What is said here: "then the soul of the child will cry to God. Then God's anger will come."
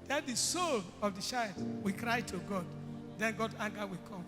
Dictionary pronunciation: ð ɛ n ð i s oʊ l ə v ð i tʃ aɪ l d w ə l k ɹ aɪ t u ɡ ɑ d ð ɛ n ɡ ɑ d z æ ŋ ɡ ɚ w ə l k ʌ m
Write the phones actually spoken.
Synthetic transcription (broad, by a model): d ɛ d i s oʊ l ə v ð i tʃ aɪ d w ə k ɹ aɪ t u ɡ ɑ d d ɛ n ɡ ɑ d ɑ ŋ ɡ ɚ w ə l k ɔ m